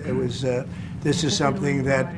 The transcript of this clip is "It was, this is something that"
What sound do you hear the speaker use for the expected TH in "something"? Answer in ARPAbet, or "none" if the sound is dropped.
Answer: TH